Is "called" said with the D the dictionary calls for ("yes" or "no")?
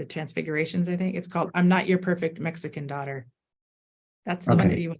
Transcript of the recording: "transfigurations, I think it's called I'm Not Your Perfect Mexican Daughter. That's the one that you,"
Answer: yes